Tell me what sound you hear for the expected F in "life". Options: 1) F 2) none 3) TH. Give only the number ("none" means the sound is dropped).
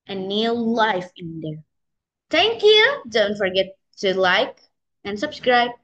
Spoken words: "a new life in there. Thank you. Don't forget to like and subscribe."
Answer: 1